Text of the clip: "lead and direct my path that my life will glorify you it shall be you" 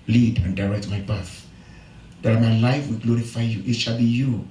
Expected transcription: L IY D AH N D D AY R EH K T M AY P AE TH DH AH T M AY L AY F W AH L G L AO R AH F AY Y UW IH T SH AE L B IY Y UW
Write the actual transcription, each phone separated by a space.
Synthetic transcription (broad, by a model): L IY D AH N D D AY R EH K T M AY B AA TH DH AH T M AY L AY F W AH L G L AO R AH F AY Y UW IH T SH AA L B IY Y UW